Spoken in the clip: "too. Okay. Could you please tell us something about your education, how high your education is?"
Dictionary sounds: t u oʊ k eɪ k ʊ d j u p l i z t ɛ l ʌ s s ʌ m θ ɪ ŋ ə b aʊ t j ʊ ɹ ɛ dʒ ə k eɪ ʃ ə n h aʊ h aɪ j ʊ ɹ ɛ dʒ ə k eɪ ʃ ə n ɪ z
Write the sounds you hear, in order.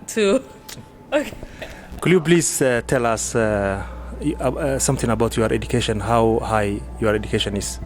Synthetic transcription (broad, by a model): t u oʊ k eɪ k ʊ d j u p l i s t ɛ l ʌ s s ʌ m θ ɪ ŋ ə b aʊ t j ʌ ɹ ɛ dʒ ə k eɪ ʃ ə n h aʊ h aɪ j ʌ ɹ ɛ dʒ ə k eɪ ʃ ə n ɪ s